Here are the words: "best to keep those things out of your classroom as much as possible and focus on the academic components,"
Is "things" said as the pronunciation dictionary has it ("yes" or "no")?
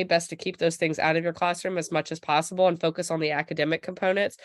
yes